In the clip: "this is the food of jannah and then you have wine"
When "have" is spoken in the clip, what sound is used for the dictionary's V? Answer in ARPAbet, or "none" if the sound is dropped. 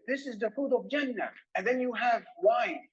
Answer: V